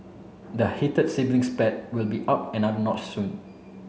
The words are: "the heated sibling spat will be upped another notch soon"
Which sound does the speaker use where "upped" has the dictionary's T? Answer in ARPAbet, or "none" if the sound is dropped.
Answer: none